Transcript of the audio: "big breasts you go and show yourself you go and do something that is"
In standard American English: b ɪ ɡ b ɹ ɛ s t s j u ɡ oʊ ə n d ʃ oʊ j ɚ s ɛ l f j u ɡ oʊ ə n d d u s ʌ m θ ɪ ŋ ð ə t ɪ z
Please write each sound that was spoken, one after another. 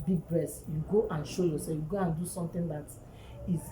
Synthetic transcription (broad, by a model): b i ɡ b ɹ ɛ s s j u ɡ oʊ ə n ʃ oʊ j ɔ s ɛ f j u ɡ oʊ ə n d d u s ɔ m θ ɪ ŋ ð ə t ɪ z